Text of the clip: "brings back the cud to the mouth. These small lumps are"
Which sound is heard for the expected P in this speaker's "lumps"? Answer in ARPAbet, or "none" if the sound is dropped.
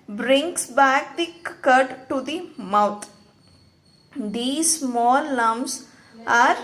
none